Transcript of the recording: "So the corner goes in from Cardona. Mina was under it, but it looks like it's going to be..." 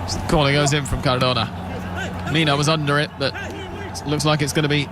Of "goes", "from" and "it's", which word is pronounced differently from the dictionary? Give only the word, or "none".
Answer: none